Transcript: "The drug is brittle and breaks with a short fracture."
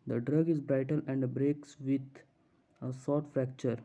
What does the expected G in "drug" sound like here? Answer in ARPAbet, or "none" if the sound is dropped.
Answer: G